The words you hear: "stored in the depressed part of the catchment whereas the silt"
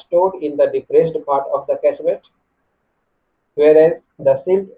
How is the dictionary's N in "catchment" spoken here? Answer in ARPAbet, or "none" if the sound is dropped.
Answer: none